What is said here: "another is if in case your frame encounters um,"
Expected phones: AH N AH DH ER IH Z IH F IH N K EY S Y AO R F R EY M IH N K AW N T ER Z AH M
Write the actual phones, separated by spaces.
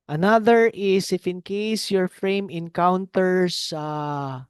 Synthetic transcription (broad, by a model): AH N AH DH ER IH S IH F IH N K EY S Y AO R F R EY M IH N K AW N T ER S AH